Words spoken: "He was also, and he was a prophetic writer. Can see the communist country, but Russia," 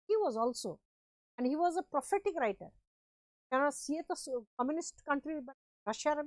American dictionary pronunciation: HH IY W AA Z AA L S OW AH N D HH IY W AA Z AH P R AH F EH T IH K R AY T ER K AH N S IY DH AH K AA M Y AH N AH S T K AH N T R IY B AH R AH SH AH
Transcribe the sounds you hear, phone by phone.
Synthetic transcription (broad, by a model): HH IY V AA Z AA L S OW AH N D HH IY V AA Z AH P R AH F EH T IH K R AY T ER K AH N S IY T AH K AA M Y AH N AH S T K AH N T R IY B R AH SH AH